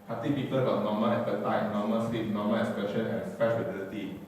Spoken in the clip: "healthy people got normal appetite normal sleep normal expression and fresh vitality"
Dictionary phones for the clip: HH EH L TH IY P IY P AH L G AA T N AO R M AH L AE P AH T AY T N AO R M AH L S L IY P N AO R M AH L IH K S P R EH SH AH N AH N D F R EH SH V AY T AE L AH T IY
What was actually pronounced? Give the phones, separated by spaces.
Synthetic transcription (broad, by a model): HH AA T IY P IY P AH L G AA T N AO M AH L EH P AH T AY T N AO M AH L S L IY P N AO M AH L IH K S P EH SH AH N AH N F EH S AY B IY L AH T IY